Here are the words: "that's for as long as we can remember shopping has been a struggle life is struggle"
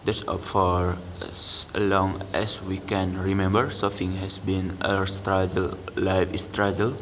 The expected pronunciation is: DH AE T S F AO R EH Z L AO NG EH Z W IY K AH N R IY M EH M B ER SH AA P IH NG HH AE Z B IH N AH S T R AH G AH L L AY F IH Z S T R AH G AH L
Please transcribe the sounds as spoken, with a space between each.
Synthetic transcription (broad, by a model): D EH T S F AO R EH S L AO NG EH S W IY K AH N R IY M EH M B ER S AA F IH NG HH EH S B IH N AH S T R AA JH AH L L AY F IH S T R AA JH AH L